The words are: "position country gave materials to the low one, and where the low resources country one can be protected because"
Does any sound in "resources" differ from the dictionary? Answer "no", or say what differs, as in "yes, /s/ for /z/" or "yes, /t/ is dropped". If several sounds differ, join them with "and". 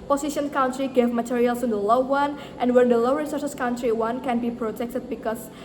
yes, /s/ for /z/